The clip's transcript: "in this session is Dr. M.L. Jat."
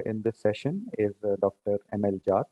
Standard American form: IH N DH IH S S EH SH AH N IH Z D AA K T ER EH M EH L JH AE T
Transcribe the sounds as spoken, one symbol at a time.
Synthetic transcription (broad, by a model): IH N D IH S S EH SH AH N IH Z D AA K T ER EH M EH L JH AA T